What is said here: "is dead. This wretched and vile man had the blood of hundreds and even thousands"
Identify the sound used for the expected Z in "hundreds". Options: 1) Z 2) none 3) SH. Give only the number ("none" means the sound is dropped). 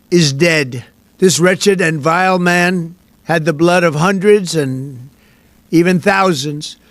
1